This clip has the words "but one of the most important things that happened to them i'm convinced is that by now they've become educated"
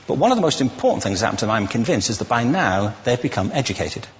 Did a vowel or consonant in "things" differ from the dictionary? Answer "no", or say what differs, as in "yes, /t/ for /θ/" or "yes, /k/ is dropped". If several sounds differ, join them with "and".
no